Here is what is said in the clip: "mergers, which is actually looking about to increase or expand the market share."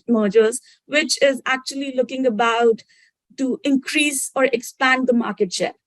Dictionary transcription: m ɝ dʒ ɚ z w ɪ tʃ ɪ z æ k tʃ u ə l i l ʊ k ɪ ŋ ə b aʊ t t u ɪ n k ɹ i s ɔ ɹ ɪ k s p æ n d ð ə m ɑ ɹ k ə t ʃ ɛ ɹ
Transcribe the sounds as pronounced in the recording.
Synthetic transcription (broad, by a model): m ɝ dʒ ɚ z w ɪ tʃ ɪ z æ k tʃ u ə l i l ʊ k ɪ ŋ ə b aʊ t t u ɪ n k ɹ i s ɔ ɹ ɪ k s p æ n d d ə m ɑ ɹ k ə t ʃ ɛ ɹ